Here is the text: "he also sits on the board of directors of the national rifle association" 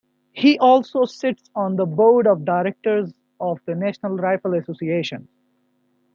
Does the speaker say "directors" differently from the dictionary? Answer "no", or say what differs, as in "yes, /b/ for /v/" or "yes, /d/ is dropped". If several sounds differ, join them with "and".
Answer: no